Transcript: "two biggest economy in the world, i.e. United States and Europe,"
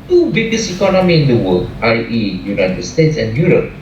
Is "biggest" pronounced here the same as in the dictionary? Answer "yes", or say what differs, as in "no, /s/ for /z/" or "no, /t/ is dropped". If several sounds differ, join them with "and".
no, /t/ is dropped